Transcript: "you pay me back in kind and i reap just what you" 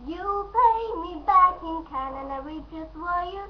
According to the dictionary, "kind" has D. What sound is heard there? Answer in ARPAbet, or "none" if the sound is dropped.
none